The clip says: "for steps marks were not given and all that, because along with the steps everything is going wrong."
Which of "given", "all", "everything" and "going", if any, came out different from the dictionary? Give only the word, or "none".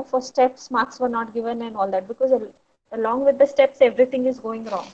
everything